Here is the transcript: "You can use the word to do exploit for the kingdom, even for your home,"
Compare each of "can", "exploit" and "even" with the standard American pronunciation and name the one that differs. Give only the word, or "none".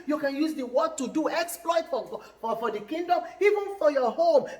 none